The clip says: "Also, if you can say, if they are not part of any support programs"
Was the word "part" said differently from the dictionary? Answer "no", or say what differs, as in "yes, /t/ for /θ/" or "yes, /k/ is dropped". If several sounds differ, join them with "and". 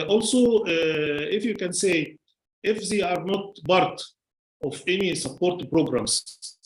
yes, /b/ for /p/